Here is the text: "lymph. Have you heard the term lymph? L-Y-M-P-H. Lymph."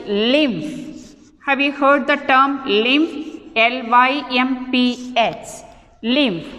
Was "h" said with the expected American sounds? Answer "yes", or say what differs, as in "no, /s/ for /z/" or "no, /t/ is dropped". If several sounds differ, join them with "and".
no, /s/ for /tʃ/